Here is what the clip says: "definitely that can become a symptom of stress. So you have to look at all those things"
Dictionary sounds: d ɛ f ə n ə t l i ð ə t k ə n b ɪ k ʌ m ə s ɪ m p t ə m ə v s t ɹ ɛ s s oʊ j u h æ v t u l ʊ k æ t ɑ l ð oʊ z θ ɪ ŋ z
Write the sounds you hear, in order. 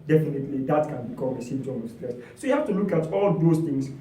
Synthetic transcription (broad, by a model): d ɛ f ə n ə t l i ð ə t k ə n b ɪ k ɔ m ə s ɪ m t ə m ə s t l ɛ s s oʊ j u h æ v t u l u k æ t ɑ l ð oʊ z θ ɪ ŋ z